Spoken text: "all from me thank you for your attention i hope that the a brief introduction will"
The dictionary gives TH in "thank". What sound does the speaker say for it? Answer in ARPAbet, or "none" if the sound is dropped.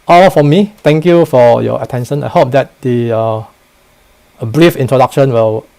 T